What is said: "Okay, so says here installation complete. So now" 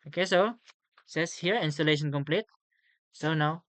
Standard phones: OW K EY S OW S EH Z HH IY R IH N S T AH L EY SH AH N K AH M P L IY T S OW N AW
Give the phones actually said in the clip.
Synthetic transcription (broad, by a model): OW K EY S OW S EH S HH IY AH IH N S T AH L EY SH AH N K AH M P L IY T S OW N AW